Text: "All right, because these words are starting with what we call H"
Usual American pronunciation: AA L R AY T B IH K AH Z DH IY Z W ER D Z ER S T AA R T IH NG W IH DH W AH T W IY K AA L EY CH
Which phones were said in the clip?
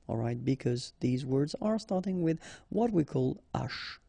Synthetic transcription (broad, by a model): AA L R AY T B IH K AH Z DH IY Z W ER D Z ER S T AA R T IH NG W IH DH W AH T W IY K AA L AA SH